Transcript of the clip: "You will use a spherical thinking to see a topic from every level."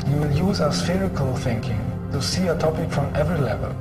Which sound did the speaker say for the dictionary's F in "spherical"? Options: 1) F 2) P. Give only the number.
1